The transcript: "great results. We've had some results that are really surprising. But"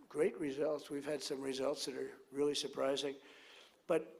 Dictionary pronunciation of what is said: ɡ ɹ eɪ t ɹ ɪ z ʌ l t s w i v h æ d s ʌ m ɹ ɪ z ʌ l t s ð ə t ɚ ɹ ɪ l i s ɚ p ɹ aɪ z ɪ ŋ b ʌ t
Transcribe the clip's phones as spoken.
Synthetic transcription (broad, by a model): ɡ ɹ eɪ t ɹ ɪ z ʌ l t s w i v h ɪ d s ʌ m ɹ ɪ z ʌ l t s ð ə t ɚ ɹ ɪ l i s ɚ p ɹ aɪ z ɪ ŋ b ʌ t